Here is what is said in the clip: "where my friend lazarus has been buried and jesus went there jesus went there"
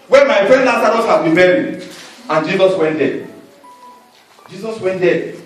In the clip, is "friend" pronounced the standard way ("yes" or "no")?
yes